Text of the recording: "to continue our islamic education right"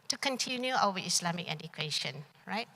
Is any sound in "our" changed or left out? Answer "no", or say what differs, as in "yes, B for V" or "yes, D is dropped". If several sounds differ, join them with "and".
yes, W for R